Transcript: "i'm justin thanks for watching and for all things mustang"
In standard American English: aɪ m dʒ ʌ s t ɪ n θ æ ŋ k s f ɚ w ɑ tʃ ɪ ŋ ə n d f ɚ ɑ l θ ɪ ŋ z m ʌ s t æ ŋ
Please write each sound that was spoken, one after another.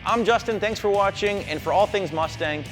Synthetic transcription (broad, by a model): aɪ m dʒ ʌ s t ɪ n θ æ ŋ k s f ɚ w ɑ tʃ ɪ ŋ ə n f ɚ ɑ l θ ɪ ŋ z m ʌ s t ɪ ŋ